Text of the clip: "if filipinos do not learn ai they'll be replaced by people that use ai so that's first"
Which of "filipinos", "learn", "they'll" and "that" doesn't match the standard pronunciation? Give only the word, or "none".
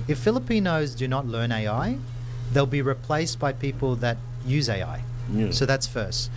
none